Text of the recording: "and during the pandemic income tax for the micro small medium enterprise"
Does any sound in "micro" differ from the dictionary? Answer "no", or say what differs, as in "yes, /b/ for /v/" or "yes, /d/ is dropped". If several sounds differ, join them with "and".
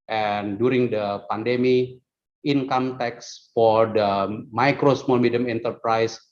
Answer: no